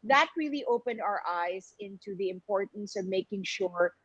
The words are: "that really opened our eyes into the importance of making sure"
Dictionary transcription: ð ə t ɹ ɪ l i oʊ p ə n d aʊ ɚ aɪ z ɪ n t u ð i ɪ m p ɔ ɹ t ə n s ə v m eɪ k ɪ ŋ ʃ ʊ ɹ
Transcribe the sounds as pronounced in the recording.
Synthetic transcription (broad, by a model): ð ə t ɹ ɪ l i oʊ p ə n d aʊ ɚ aɪ z ɪ n t u ð i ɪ m p ɔ ɹ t n s ə v m eɪ k ɪ ŋ ʃ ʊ ɹ